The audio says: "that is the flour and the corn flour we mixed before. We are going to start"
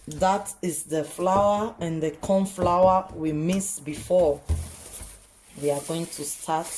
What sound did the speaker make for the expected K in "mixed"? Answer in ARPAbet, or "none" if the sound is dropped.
none